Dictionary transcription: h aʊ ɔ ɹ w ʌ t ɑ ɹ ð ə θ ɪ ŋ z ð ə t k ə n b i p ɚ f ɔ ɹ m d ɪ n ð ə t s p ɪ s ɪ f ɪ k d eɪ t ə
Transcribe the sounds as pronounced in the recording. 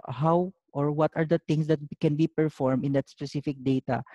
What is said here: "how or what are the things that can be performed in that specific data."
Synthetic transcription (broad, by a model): h aʊ ɔ ɹ w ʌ t ɑ ɹ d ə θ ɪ ŋ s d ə t k ə n b i p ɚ f ɔ ɹ m ɪ n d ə t s p ɪ s ɪ f ɪ k d eɪ t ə